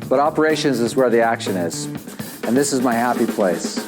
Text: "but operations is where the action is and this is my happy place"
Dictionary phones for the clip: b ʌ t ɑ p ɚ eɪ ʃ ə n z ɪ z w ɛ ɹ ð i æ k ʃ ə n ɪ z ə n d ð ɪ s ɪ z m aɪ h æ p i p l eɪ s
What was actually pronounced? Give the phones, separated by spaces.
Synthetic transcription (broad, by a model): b ʌ t ɑ p ɚ eɪ ʃ ə n z ɪ z w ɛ ɹ ð i æ k ʃ ə n ɪ z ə n ð ɪ s ɪ z m aɪ h æ p i p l eɪ s